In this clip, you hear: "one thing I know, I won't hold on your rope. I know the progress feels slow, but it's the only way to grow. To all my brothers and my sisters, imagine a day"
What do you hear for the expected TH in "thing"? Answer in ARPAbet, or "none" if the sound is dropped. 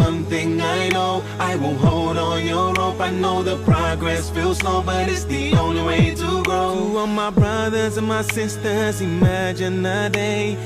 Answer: TH